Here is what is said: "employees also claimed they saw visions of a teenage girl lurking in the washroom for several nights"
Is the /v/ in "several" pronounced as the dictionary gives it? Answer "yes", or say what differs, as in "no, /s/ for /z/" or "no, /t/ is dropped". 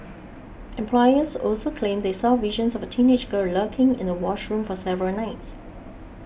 yes